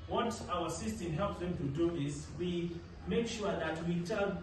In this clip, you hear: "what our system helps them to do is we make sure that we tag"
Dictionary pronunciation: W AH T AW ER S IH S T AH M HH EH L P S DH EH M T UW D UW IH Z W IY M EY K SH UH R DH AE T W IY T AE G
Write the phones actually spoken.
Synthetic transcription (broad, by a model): W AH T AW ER S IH S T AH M HH EH L P S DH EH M T UW D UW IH S W IY M EY K SH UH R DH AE T W IY T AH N